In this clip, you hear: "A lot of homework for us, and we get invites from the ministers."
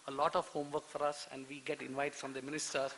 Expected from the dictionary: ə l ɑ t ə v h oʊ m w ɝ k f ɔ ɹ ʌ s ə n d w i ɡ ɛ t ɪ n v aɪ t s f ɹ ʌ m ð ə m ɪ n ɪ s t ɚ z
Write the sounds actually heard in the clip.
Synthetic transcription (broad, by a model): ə l ɑ t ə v h oʊ m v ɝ k f ɔ ɹ ʌ s ə n d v i ɡ ɛ t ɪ n v aɪ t f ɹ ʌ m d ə m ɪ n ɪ s t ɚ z